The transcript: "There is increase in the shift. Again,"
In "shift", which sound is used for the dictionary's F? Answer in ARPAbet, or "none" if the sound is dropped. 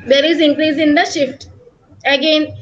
F